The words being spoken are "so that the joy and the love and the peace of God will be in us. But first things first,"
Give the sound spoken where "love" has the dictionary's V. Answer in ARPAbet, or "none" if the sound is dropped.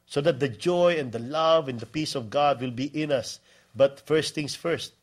V